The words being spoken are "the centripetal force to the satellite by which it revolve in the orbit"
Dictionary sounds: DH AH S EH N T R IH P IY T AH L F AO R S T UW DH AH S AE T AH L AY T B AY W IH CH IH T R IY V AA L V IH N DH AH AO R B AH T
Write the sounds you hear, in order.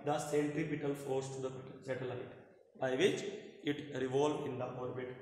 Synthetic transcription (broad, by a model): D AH S EH N T R IH P IY T AH L F AO R S T UW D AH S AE T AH L AY T B AY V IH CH IH T R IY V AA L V IH N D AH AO R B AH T